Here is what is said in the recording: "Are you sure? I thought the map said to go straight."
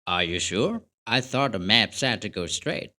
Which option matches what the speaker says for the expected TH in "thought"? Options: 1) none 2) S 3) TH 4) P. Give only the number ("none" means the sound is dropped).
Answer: 3